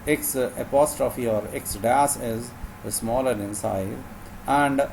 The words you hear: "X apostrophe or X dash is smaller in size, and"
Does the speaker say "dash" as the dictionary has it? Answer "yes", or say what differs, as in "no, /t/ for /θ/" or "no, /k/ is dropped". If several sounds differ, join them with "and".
no, /s/ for /ʃ/